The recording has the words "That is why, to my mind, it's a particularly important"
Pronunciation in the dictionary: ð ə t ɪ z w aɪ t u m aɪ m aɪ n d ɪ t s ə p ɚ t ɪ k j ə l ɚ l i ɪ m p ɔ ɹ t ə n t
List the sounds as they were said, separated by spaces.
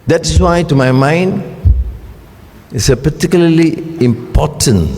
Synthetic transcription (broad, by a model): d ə t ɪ s w aɪ t u m aɪ m aɪ n d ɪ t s ə p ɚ t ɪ k j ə l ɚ l i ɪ m p ɔ t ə n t